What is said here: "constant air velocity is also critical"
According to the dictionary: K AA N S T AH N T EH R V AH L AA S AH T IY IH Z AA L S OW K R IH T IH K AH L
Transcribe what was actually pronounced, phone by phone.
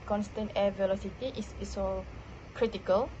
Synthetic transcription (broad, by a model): K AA N S T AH N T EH V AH L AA S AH T IY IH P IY S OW K R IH T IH K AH L